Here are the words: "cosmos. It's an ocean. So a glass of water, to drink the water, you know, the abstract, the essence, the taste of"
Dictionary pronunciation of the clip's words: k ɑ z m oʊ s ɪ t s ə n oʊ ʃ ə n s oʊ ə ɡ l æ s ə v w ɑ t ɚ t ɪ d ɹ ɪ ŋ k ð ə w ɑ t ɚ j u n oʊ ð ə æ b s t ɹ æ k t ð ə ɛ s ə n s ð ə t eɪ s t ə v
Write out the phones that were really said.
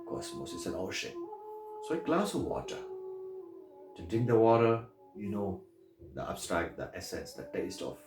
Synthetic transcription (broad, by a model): k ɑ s m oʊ s ɪ t s ə n oʊ ʃ ə n s oʊ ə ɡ l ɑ s ə v w ɑ t ɚ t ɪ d ɪ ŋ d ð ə w ɑ t ɚ j u n oʊ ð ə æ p s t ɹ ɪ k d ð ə ɛ s ə n s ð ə t eɪ s t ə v